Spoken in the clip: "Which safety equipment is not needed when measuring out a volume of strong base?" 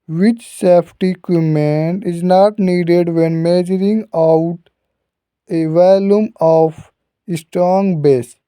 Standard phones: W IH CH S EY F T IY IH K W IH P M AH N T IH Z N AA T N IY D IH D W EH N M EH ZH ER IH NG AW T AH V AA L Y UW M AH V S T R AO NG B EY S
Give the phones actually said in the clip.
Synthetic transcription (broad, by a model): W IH CH S EY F T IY K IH M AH N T IH Z N AA T N IY D IH D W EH N M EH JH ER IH NG AW T AH V AA L Y UW M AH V S T R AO NG B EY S